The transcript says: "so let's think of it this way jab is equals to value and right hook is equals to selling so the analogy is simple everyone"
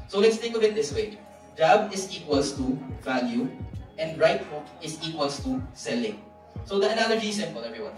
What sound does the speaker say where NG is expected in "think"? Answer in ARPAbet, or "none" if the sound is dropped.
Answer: none